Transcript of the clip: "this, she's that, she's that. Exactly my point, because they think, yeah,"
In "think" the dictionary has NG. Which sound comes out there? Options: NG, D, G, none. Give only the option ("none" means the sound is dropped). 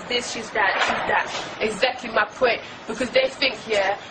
NG